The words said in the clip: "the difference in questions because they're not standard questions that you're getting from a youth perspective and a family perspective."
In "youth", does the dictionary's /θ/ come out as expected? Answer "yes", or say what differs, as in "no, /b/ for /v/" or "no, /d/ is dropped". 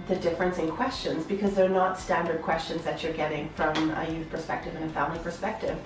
yes